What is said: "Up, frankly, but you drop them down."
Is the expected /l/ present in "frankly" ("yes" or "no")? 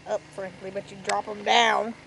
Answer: yes